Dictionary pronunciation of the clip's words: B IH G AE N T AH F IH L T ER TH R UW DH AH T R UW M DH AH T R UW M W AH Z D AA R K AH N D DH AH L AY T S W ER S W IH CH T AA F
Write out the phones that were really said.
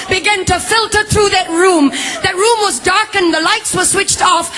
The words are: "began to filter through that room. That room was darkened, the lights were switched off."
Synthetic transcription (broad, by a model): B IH G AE N T AH F IH L T ER TH R UW DH AH T R UW M DH AH T R UW M W AH Z D AA R K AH N DH AH L AY T S W ER S W IH CH T AA F